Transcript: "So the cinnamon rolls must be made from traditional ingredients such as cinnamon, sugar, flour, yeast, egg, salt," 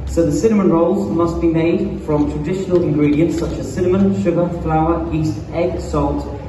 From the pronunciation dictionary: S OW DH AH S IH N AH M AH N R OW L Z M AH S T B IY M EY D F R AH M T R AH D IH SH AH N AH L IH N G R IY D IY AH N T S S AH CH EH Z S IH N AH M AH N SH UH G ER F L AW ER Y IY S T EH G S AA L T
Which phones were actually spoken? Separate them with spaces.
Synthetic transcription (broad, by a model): S OW DH AH S IH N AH M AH N R OW L Z M AH S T B IY M EY D F R AH M T R AH D IH SH AH N AH L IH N G R IY D IY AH N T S S AH CH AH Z S IH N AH M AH N SH UH G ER F L AW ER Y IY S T EH G S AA L T